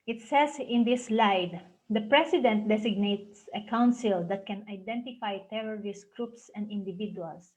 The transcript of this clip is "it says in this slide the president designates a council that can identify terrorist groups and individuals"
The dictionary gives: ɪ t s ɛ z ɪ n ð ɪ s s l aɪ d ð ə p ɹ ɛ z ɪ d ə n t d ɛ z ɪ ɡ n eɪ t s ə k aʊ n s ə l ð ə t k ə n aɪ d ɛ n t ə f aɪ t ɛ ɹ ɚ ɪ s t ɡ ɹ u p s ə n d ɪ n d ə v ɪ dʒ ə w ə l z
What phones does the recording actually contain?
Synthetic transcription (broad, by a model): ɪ t s ɛ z ɪ n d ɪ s s l aɪ d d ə p ɹ ɛ s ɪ d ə n t d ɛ s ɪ ɡ n eɪ t s ə k aʊ n s ə l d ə t k ə n aɪ d ɛ n t ə f aɪ t ɛ ɹ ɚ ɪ s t ɡ ɹ u p s ə n d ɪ n d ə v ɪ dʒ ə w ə l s